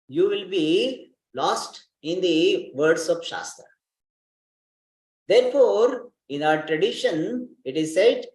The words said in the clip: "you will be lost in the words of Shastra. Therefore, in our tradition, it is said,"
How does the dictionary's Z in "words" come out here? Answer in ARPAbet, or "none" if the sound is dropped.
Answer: S